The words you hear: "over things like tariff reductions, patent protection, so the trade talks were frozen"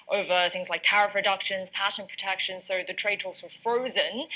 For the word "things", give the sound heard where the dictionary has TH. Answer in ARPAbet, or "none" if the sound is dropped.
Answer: TH